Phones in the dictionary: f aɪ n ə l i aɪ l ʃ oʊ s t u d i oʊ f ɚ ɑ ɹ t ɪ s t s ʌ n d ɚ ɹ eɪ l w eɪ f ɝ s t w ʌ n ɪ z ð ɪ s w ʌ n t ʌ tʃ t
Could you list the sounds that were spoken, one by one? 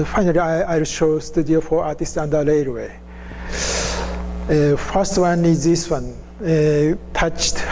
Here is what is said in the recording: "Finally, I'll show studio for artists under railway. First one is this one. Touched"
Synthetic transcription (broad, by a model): f aɪ n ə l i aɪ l ʃ oʊ s t u d i oʊ f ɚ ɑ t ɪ s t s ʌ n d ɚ l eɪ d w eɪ f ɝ s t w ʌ n ɪ z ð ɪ s w ʌ n t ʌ tʃ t